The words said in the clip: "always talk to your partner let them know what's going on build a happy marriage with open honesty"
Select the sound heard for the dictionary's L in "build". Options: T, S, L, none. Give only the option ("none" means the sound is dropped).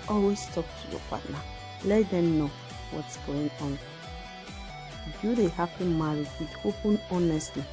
none